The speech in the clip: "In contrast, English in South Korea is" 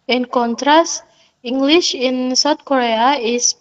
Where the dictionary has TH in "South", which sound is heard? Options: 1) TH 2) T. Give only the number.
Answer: 2